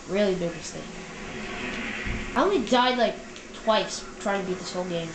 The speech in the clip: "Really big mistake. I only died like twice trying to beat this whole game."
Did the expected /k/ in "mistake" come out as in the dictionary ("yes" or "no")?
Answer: no